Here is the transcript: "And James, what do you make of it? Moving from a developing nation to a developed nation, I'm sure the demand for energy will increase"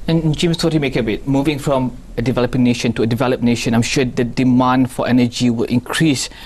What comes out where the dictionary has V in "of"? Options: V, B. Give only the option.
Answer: B